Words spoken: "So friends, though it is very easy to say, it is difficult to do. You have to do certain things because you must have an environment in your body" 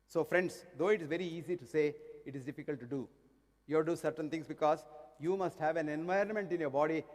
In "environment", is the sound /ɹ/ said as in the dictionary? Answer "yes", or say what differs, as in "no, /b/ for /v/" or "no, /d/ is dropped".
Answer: yes